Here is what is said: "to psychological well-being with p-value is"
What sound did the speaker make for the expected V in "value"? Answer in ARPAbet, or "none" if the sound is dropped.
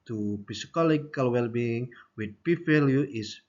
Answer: F